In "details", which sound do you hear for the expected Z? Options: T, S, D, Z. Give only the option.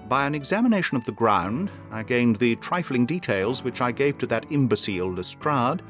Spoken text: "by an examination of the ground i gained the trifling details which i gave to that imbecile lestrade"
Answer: Z